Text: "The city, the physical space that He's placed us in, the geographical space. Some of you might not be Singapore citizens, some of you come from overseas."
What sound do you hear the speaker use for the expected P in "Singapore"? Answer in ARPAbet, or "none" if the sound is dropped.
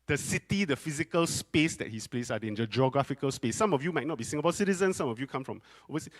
B